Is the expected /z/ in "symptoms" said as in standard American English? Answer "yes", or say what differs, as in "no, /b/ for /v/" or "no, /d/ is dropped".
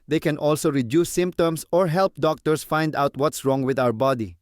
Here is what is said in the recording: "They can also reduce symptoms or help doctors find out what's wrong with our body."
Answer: no, /s/ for /z/